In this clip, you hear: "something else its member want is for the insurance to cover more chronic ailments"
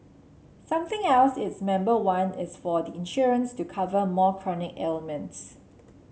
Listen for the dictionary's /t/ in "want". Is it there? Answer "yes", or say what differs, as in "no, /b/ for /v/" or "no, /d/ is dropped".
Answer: no, /t/ is dropped